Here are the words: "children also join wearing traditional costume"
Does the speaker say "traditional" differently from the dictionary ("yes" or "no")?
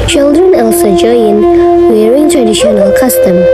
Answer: no